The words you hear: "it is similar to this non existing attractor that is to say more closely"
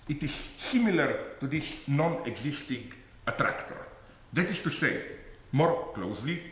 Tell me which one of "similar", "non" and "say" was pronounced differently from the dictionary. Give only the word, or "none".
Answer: none